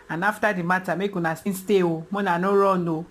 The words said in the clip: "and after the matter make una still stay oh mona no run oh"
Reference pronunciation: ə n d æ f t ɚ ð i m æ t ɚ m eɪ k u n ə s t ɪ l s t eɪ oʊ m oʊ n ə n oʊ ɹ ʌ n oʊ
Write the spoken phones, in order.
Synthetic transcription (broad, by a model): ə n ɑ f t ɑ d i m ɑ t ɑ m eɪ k u n ə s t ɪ n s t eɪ oʊ m oʊ n ə n oʊ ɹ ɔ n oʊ